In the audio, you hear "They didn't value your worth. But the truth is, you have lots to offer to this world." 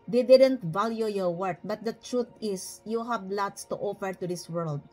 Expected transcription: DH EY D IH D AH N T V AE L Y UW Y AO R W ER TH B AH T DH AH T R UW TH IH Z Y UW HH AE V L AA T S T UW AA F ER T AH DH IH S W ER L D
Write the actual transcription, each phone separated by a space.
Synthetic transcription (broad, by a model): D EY D IH D AH N T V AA L Y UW Y AO R W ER T B AH T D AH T R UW T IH S Y UW HH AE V L AA T S T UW AA F ER T AH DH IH S W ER L D